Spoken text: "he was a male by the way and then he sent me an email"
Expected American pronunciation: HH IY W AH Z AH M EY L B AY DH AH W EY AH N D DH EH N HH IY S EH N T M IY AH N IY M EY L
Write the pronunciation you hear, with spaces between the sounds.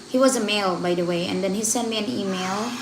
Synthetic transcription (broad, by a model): HH IY W AH Z AH M EY L B AY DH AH W EY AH N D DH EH N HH IY S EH N M IY AH N IY M EY L